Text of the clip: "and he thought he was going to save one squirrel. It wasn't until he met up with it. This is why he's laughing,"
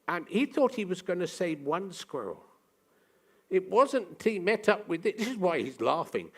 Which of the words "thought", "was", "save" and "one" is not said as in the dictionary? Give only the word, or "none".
none